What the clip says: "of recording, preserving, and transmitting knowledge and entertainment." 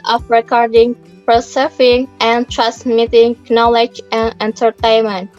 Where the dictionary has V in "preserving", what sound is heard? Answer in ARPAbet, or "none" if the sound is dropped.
F